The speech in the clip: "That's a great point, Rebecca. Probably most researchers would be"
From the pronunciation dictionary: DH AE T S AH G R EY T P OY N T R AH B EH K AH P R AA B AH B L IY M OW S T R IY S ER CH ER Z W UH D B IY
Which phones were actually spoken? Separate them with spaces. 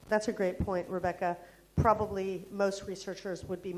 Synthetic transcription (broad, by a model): DH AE T S AH G R EY T P OY N T R AH B EH K AH P R AA B AH B L IY M OW S T R IY S ER CH ER Z W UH D B IY